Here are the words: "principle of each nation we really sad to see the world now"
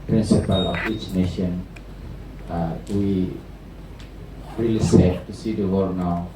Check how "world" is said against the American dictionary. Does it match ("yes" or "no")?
no